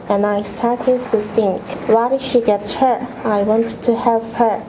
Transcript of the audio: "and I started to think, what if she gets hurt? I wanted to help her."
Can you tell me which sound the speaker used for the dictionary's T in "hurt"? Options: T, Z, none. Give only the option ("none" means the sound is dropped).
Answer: none